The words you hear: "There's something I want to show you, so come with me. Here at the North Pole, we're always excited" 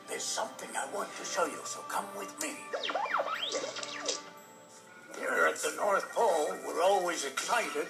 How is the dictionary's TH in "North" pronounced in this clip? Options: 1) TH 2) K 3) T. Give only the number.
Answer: 1